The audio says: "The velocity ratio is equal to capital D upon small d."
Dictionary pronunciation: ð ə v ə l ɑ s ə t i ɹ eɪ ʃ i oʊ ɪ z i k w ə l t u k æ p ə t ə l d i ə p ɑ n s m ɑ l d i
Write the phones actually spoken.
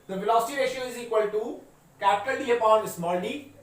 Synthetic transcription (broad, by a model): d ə f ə l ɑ s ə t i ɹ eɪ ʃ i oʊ ɪ z i k w ə l t u k æ p ə t ə l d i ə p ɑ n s m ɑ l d i